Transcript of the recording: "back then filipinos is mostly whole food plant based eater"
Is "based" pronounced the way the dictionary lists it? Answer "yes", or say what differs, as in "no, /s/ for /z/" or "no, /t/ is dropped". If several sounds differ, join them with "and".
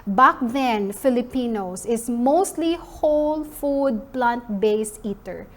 no, /t/ is dropped